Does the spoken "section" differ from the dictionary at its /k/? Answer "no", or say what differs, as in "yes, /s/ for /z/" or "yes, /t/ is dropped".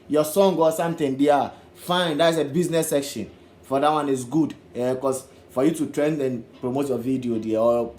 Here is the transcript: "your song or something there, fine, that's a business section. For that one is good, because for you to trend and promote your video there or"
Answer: no